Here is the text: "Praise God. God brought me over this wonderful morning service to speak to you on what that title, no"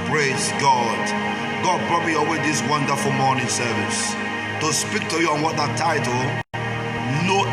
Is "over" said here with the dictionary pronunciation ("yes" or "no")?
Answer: no